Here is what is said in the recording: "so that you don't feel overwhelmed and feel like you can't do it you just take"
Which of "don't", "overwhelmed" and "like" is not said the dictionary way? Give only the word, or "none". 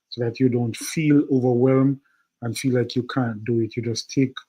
overwhelmed